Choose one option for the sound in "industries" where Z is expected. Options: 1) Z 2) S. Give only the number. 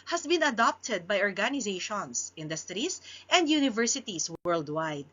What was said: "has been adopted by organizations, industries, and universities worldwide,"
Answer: 2